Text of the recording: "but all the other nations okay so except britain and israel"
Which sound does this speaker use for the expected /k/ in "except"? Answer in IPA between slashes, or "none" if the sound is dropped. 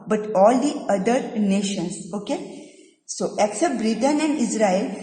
/k/